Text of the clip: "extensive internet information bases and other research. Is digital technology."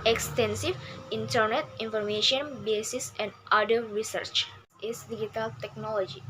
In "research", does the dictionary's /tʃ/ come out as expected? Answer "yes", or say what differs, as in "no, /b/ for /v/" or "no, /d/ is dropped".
yes